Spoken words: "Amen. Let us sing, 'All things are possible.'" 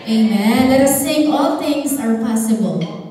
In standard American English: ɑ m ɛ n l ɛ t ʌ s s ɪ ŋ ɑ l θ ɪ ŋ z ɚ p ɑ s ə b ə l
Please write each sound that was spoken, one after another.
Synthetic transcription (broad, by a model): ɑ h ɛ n l ɛ t ʌ s θ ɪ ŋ ɑ l θ ɪ ŋ z ɚ p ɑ s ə b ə l